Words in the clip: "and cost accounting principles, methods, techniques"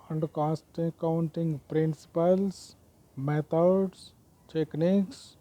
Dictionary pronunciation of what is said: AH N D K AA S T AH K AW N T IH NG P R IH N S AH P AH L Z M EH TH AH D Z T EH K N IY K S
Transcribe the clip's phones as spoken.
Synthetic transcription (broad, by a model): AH N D K AA S T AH K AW N T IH NG P R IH N S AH P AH L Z M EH T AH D S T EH K N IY K S